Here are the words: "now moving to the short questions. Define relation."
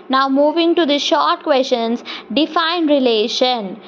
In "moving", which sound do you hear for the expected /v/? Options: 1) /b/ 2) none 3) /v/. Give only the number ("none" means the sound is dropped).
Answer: 3